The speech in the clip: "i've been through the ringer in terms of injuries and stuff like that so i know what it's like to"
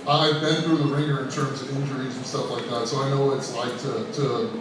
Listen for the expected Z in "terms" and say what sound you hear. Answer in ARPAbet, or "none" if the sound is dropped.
Z